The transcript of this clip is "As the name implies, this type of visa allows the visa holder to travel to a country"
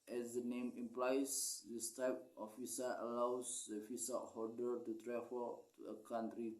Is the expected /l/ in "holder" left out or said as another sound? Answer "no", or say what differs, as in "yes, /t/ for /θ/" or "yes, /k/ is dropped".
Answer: yes, /l/ is dropped